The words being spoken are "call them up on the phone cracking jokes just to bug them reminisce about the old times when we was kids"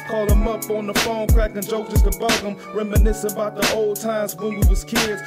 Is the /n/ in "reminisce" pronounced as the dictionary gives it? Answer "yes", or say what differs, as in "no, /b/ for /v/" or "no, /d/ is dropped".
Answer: yes